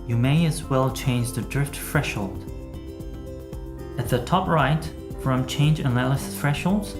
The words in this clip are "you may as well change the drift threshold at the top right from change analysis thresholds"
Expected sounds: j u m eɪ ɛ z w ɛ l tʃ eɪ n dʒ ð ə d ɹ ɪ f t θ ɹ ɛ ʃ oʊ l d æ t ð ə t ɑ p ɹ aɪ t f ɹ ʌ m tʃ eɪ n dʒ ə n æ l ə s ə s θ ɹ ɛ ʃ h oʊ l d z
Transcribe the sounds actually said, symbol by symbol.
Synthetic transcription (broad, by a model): j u m eɪ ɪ z w ɛ l tʃ eɪ n dʒ ð ə d ɹ ɪ f t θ ɹ ɛ ʃ oʊ l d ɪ t ð ə t ɑ p ɹ aɪ t f ɹ ʌ m tʃ eɪ n dʒ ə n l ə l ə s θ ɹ ɛ ʃ h oʊ l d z